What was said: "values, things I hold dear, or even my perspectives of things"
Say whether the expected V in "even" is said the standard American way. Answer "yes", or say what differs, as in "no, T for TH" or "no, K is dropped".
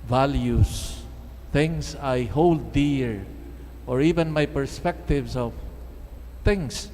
yes